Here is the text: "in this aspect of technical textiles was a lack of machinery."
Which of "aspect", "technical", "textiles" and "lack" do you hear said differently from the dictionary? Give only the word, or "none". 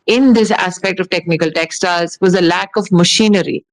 textiles